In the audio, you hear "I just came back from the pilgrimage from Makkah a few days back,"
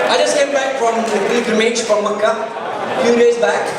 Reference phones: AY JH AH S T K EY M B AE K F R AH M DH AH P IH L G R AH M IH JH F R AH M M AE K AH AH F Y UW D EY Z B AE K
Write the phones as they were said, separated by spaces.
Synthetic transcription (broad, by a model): AY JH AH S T K EY M B AE K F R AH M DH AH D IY G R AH M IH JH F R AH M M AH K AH F Y UW D EY Z B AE K